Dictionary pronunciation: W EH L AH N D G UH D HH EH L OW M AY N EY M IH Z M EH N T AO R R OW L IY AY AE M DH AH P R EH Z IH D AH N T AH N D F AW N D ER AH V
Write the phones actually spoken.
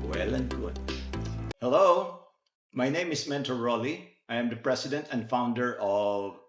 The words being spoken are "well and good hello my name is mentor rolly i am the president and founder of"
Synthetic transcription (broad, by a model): W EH L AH N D G UH D HH EH L OW M AY N EY M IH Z M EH N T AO L R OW L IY AY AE M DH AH P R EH S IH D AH N T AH N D F AW N D ER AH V